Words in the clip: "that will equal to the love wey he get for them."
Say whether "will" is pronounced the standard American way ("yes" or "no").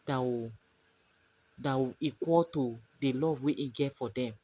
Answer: no